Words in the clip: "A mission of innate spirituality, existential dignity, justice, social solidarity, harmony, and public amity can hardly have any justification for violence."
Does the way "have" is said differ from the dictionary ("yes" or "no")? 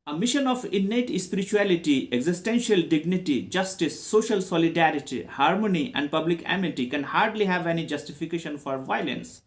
no